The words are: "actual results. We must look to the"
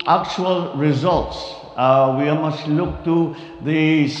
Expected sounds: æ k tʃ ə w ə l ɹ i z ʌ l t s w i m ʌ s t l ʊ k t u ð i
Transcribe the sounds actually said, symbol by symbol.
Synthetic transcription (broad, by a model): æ k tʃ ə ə l ɹ i z ʌ l t s w i m ʌ s t l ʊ k t u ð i